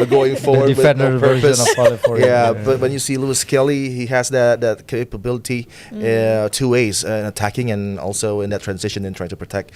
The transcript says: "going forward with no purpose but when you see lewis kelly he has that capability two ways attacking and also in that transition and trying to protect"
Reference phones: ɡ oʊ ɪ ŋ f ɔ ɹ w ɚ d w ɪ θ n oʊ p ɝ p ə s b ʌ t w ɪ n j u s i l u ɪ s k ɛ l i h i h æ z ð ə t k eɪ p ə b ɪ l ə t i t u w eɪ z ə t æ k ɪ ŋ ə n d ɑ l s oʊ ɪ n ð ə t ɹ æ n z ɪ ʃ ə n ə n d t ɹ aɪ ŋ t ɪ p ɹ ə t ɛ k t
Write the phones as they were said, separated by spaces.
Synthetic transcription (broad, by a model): ɡ oʊ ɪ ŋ f ɔ ɹ w ɚ d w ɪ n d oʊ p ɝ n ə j b ʌ t w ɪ n j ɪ s i l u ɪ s k ɛ l i h i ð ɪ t ð ə t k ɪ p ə b ɪ l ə t i t u w eɪ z ə t æ k ɪ ŋ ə n ɑ l s oʊ ɪ n ð ə t ɹ æ n z ɪ ʃ ə n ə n t ɹ aɪ ŋ t ɪ p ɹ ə t ɛ k t